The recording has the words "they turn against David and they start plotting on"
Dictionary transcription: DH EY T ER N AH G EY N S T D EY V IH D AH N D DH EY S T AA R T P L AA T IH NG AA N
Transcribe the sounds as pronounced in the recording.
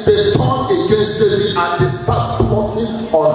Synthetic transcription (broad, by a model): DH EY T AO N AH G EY N S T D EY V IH AH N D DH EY S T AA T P AA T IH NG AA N